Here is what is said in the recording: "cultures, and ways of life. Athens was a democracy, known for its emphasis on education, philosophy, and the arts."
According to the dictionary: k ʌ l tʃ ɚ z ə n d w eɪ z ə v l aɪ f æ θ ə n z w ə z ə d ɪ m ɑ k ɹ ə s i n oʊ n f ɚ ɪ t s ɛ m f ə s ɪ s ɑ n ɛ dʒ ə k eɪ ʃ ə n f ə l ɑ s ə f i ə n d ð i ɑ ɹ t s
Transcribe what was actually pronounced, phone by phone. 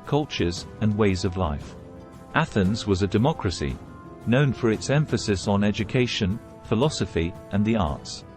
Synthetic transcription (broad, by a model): k ʌ l tʃ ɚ z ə n w eɪ z ə v l aɪ f æ θ ə n z w ə z ə d ɪ m ɑ k ɹ ə s i n oʊ n f ɚ ɪ t s ɛ m f ə s ɪ s n ɛ dʒ ə k eɪ ʃ ə n f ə l ɑ s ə f i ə n ð i ɑ ɹ t s